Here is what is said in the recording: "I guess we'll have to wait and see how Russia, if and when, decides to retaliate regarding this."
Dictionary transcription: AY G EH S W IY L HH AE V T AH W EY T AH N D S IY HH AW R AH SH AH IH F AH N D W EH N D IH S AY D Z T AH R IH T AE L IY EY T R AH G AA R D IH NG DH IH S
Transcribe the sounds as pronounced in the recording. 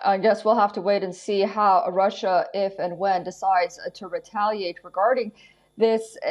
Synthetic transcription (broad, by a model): AY G EH S W IY L HH AE F T AH W EY T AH N S IY HH AW R AH SH AH IH F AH N W EH N D IH S AY D Z T AH R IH T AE L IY EY T R AH G AA R D IH NG DH IH S